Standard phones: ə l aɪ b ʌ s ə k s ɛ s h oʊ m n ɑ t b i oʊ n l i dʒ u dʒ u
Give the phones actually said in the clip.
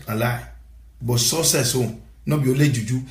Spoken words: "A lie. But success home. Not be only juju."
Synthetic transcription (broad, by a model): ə l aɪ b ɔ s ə s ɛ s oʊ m n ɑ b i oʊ l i dʒ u dʒ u